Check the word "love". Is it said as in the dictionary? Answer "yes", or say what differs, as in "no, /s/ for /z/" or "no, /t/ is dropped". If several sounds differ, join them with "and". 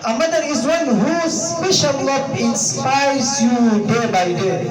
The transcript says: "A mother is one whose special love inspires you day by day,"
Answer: no, /p/ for /v/